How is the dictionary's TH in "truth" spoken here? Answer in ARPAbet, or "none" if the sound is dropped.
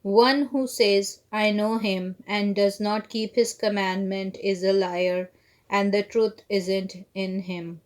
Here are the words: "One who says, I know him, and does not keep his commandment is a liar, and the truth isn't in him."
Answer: T